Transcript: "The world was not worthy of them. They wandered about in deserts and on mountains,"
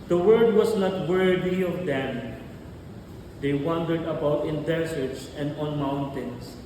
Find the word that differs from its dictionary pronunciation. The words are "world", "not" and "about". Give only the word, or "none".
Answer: world